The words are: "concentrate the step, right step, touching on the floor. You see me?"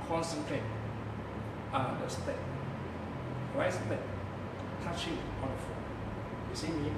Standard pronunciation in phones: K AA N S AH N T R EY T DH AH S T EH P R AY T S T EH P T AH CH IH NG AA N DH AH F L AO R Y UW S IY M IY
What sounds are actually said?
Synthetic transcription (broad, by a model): K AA N S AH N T R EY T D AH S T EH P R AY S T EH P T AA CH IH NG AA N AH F AO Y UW S IY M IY